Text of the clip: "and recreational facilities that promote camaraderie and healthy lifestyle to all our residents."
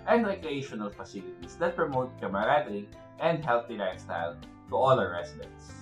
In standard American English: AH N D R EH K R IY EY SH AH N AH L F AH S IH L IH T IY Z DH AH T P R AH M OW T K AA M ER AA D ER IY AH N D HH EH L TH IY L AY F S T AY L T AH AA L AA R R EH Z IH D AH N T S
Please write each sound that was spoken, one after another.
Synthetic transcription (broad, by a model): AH N D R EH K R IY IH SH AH N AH L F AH S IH L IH T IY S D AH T P R AH M OW T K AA M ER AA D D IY AH N D HH EH L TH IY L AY S T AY L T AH AA L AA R R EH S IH D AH N T S